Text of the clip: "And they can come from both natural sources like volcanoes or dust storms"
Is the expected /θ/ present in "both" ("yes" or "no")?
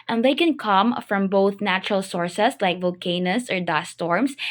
yes